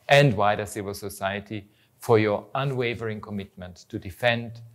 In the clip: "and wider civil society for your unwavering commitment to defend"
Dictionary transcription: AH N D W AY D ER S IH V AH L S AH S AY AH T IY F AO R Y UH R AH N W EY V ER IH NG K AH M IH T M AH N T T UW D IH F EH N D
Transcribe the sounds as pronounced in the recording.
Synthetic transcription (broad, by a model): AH N D W AY D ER S IH V AH L S AH S AY AH T IY F AO R Y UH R AH N W EY V ER IH NG K AH M IH T M AH N T T UW D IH F EH N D